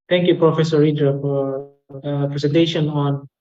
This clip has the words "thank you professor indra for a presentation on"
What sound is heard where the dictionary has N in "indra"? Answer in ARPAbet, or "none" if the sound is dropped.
none